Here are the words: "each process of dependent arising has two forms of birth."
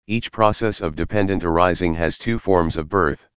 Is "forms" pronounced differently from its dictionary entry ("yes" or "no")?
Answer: no